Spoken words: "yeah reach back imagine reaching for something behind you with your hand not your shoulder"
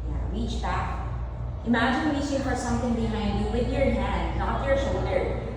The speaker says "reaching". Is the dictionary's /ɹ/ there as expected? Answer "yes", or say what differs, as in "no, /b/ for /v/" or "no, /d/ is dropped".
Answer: no, /w/ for /ɹ/